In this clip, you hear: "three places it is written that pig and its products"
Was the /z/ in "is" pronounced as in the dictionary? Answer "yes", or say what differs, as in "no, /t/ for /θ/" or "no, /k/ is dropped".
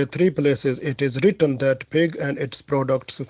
yes